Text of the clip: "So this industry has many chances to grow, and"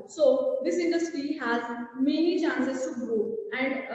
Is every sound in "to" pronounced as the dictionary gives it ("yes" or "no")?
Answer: no